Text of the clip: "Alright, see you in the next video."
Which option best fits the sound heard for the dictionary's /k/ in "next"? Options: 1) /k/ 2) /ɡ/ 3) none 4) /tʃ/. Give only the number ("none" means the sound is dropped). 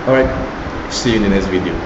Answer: 3